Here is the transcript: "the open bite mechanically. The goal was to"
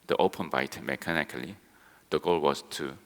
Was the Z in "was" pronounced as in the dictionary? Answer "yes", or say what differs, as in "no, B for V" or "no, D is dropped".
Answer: no, S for Z